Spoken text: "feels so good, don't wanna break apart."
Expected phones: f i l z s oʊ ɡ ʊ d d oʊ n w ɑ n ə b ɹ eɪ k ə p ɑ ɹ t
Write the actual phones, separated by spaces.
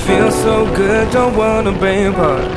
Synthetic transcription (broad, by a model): f i l s oʊ ɡ ʊ d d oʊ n w ɑ n ə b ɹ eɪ ə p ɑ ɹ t